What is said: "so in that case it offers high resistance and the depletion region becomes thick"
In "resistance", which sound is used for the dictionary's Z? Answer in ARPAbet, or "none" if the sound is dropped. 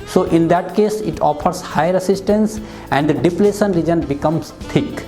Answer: S